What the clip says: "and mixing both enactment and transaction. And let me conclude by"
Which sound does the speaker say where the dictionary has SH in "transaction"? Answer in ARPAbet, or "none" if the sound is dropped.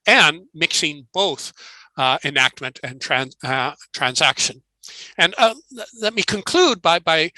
SH